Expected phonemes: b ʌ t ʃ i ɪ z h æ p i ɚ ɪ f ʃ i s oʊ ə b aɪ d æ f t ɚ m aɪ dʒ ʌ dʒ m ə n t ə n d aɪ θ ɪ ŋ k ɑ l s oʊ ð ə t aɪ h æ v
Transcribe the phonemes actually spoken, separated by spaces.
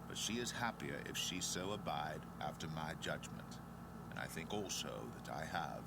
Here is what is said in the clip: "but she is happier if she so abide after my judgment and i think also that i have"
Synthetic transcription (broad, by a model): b ʌ t ʃ i ɪ z h æ p i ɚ ɪ f ʃ i s oʊ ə b aɪ d æ f t ɚ m aɪ dʒ ʌ dʒ m ə n t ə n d aɪ θ ɪ ŋ k ɑ l s oʊ ð ə t aɪ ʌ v